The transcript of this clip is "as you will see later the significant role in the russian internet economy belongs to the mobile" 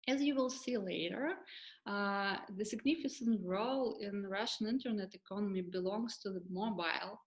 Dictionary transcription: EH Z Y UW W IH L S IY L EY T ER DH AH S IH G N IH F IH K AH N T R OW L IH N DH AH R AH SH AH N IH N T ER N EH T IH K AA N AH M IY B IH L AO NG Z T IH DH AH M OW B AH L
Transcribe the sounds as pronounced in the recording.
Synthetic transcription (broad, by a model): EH Z Y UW W IH L S IY L EY T ER DH AH S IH G N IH F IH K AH N T R OW L IH N R AH SH AH N IH N T ER N EH T IH K AA N AH M IY B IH L AO NG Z T IH DH AH M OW B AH L